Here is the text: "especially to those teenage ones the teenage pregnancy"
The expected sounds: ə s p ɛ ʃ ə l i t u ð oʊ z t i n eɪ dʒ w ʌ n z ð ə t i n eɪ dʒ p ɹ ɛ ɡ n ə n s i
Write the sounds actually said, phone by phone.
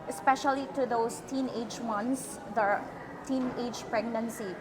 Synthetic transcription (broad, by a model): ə s p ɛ ʃ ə l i t u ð oʊ s t i n eɪ dʒ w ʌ n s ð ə t i n eɪ dʒ p ɹ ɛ ɡ n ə n s i